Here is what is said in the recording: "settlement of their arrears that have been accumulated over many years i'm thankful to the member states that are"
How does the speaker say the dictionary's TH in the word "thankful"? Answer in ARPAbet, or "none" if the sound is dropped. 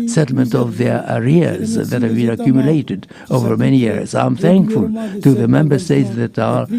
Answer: TH